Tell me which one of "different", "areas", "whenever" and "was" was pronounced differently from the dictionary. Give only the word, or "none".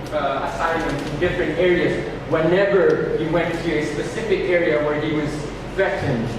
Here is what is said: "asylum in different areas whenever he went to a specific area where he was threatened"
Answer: none